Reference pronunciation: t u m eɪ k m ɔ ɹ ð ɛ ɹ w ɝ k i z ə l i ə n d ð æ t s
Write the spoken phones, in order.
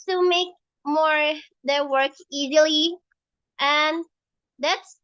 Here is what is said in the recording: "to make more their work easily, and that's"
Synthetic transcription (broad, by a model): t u m eɪ k m ɔ ɹ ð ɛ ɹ w ɝ k i z ə l i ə n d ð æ t s